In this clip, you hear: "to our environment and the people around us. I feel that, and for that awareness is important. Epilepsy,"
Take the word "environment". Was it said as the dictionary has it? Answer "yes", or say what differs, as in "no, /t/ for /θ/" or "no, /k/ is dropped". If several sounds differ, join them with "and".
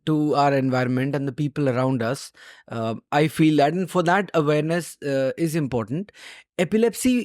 yes